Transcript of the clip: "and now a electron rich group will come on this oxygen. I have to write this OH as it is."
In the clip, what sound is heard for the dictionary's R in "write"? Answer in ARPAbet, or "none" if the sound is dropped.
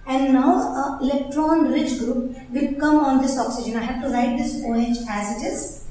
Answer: R